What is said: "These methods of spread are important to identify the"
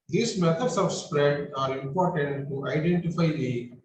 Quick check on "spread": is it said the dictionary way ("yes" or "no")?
yes